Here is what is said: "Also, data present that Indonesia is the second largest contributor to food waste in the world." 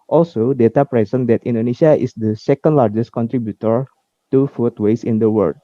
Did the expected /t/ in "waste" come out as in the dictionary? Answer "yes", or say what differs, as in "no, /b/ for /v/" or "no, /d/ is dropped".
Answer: no, /t/ is dropped